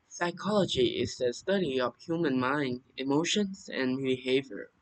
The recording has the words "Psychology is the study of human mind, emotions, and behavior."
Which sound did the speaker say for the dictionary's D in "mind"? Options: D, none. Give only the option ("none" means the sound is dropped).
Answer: D